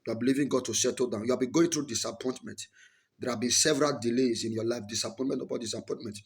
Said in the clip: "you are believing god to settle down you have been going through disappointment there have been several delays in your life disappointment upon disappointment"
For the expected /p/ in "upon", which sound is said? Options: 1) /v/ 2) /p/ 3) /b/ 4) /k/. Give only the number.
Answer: 3